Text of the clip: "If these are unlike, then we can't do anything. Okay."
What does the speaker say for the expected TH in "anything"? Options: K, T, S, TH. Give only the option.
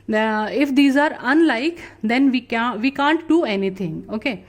T